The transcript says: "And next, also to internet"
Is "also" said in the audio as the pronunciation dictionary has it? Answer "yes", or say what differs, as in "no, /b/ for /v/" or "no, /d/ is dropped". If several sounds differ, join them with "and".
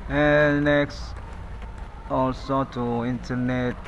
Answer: yes